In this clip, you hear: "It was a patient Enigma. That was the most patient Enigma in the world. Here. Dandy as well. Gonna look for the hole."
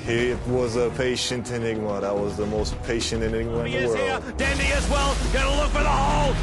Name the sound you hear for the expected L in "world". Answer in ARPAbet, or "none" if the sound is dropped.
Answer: L